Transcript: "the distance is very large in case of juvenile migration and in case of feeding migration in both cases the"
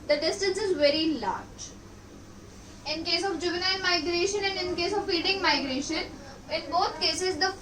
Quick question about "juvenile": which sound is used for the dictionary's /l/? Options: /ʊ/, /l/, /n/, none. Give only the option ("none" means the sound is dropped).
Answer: /n/